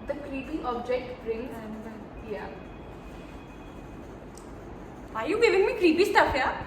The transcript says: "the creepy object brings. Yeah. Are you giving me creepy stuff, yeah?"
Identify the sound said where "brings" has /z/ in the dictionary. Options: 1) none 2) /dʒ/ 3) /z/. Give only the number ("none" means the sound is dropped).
1